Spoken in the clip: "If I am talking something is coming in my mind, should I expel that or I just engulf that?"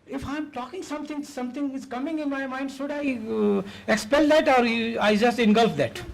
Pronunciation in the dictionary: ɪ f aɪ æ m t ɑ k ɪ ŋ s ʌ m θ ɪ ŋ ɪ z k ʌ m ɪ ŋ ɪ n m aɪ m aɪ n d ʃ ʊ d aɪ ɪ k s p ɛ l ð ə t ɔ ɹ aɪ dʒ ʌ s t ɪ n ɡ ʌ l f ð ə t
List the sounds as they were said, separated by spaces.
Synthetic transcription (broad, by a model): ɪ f aɪ m t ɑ k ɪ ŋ s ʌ m t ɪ ŋ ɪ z k ʌ m ɪ ŋ ɪ n m aɪ m aɪ n d ʃ ʊ d aɪ ɪ k s p ɛ l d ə t ɔ ɹ aɪ dʒ ʌ s t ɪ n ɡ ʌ l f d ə t